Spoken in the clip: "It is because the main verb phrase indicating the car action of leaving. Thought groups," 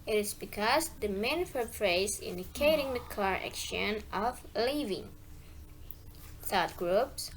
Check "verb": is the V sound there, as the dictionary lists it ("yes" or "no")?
no